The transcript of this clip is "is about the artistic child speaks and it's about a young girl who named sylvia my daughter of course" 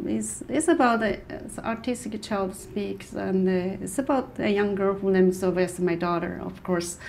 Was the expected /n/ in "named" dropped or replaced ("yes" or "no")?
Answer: yes